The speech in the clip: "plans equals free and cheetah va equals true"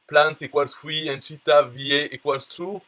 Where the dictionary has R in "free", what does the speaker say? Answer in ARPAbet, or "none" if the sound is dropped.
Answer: W